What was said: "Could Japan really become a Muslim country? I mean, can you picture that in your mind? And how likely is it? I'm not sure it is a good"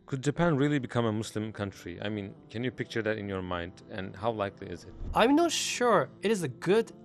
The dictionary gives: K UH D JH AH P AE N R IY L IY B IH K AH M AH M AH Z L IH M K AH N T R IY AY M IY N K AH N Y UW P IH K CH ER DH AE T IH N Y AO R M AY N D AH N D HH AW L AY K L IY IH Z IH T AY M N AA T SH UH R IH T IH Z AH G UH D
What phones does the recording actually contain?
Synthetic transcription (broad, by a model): K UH D JH AH P AE N R IY L IY B IH K AH M AH M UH S L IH M K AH N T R IY AY M IY N K AH N Y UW P IH K CH ER DH AE T IH N Y AO R M AY N D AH N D HH AW L AY K L IY IH Z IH T AY M N AA T SH UH R IH T IH Z AH G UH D